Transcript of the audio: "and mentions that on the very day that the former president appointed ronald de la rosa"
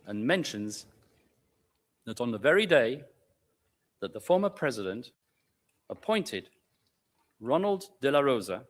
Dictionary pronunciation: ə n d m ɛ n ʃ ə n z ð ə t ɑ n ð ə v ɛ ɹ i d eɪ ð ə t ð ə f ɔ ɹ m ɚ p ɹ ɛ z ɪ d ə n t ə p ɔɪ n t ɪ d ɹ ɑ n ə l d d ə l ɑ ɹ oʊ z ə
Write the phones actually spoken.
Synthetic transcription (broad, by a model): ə n m ɛ n ʃ ə n z ð ə t n ð ə v ɛ ɹ i d eɪ ð ə t ð ə f ɔ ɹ m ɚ p ɹ ɛ z ɪ d ə n t ə p ɔɪ n t ɪ d ɹ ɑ n ə l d d ə l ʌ ɹ oʊ z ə